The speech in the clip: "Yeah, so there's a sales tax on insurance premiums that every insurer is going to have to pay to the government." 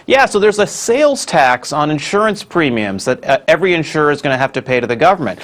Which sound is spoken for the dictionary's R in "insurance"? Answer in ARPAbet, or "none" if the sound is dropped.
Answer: R